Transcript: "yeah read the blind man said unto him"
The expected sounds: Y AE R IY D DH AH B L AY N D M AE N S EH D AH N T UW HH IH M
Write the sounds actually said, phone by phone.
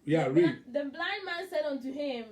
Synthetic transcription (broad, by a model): Y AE R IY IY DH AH B L AY N D M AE N S EH D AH N T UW HH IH M